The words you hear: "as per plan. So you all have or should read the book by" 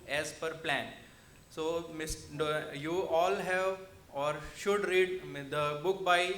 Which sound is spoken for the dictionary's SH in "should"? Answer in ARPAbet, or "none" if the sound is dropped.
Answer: SH